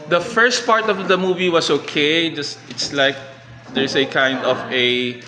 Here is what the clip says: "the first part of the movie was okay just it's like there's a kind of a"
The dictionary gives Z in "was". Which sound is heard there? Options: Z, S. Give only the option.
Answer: S